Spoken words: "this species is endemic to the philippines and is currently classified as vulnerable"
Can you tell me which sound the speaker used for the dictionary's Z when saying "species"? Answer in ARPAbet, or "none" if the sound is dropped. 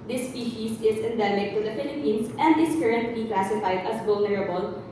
S